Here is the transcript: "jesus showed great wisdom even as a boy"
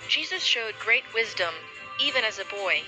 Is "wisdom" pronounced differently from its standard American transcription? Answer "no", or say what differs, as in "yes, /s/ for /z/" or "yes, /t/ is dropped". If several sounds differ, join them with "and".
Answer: no